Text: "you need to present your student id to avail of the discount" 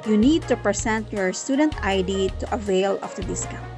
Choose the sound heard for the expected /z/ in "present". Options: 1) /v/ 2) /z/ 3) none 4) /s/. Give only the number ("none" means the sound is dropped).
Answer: 4